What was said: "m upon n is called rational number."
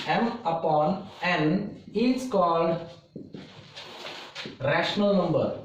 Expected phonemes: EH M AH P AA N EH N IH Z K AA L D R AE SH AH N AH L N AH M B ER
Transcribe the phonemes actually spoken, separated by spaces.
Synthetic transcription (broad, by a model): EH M AH P AA N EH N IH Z K AA L D R AE SH AH N AH L N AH M B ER